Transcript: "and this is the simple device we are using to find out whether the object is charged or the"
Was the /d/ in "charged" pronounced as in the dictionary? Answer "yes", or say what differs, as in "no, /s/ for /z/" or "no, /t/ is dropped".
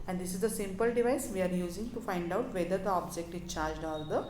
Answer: yes